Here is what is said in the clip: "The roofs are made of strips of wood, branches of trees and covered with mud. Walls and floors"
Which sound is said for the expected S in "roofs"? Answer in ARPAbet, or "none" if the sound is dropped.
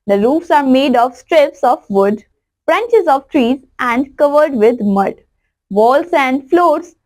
S